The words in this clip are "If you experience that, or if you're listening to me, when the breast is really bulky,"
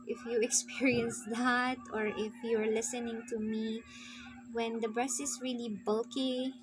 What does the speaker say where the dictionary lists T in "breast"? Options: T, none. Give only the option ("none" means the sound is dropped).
none